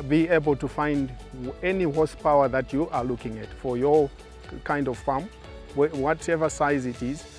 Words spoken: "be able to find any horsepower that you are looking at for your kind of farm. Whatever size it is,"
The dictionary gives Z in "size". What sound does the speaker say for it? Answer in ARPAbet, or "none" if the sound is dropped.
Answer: Z